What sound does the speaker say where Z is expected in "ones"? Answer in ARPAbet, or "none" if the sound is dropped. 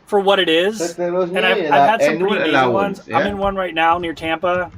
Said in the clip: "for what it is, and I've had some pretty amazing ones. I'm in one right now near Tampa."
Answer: Z